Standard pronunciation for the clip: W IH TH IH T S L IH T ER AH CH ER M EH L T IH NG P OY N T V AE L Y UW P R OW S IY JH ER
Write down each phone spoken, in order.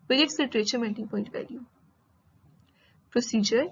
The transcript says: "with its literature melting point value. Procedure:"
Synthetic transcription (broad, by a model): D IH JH IH T S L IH T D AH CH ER M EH N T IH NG P OY N T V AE L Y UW P R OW S IY JH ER